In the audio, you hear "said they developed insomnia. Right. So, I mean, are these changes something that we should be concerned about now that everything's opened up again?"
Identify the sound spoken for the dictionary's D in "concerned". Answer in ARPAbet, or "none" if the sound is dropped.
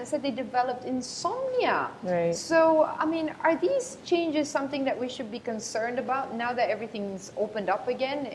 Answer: D